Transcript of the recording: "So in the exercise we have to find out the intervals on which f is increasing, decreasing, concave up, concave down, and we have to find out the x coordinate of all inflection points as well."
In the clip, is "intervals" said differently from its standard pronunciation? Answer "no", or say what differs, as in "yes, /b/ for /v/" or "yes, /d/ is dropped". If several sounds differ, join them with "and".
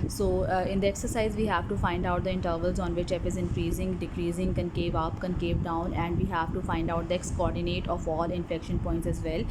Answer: no